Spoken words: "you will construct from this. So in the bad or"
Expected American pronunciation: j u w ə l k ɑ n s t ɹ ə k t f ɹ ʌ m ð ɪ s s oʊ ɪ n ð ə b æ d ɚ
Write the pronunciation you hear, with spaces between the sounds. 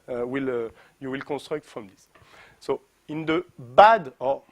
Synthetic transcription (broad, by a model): j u w ə l k ɑ n s t ɹ ə k t f ɹ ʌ m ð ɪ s s oʊ ɪ n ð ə b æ d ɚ